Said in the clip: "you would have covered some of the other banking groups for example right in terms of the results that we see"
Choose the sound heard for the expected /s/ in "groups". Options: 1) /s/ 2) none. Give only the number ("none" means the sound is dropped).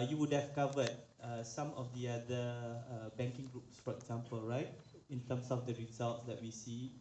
1